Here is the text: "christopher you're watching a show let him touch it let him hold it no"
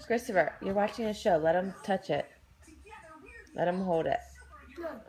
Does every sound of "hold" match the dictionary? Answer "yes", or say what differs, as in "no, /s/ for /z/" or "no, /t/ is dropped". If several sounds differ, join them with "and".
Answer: yes